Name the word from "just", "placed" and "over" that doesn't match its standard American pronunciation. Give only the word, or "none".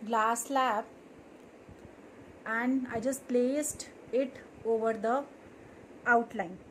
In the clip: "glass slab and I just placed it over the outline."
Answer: none